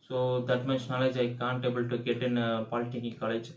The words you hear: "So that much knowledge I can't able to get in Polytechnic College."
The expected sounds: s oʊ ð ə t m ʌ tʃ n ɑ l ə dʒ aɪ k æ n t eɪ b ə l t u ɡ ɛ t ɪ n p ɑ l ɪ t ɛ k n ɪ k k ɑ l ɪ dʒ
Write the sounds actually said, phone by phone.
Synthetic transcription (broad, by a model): s oʊ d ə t m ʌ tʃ n ɑ l ə dʒ aɪ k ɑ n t eɪ b ə l t u ɡ ɛ t ɪ n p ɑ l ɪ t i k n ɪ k k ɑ l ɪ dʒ